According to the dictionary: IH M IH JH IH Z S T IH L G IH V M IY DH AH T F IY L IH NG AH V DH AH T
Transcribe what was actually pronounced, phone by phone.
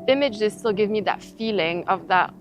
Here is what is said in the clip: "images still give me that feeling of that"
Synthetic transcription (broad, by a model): IH M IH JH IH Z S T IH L G IH V M IY DH AH T F IY L IH NG AH V DH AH T